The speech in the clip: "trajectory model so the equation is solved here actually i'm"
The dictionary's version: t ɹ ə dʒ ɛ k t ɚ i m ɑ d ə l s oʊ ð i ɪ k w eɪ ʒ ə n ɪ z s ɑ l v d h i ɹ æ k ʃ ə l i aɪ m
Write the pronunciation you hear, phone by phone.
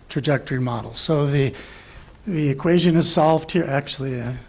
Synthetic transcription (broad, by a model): t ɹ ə dʒ ɛ k t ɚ i m ɑ d l s oʊ ð i ɪ k w eɪ ʒ ə n ɪ z s ɑ l v d h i ɹ æ k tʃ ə l i